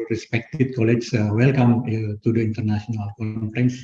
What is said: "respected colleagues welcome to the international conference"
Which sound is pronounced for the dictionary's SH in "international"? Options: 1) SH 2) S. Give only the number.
2